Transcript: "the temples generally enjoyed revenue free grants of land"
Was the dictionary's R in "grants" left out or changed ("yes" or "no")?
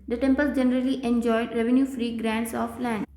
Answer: no